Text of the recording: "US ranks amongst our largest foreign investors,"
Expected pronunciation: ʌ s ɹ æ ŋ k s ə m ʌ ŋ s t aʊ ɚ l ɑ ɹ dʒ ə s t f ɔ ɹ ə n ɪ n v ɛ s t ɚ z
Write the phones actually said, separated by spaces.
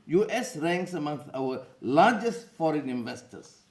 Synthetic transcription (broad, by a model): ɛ s ɹ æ ŋ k s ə m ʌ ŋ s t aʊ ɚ l ɑ ɹ dʒ ə s t f ɔ ɹ ə n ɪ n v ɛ s t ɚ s